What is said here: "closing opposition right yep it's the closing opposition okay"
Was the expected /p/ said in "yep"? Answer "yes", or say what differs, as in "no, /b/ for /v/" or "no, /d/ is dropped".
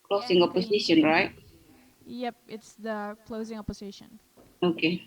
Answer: yes